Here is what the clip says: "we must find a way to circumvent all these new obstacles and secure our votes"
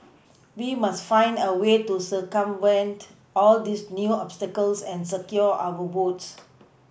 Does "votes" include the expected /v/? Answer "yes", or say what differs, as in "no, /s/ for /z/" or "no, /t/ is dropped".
no, /b/ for /v/